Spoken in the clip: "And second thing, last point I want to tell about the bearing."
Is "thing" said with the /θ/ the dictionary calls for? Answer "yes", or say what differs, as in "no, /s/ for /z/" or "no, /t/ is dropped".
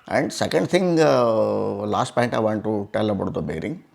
no, /t/ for /θ/